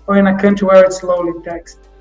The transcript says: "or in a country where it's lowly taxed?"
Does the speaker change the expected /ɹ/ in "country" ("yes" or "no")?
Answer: yes